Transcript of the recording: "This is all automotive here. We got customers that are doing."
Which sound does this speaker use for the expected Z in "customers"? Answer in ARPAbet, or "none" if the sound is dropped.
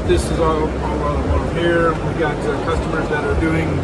Z